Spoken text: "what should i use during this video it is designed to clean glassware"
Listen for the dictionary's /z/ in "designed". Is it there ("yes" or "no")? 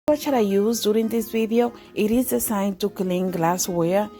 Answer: no